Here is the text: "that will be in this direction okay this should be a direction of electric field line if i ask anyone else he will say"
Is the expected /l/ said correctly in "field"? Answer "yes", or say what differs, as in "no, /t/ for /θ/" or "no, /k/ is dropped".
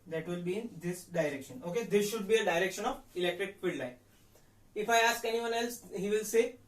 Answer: no, /l/ is dropped